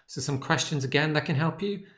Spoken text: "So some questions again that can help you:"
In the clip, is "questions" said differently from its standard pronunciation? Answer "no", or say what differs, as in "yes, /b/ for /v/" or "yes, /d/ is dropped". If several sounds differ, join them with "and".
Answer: no